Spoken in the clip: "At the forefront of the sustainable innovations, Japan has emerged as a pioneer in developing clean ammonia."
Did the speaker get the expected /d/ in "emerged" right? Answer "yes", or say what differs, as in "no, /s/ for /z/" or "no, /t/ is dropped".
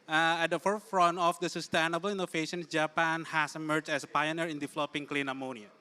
no, /d/ is dropped